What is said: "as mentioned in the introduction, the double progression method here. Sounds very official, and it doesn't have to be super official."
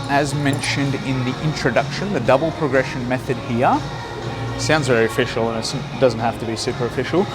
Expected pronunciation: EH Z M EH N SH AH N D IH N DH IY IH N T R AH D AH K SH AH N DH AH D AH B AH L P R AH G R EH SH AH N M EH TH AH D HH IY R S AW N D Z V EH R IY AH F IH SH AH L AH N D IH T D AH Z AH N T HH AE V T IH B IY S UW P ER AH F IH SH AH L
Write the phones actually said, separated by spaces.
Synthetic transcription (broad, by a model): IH Z M EH N SH AH N D IH N DH IY IH N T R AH D AH K SH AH N DH AH D AH B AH L P R AH G R EH SH AH N M EH TH AH D HH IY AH S AW N D Z V EH R IY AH F IH SH L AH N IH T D AH Z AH N T HH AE F T IH B IY S UW P ER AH F IH SH L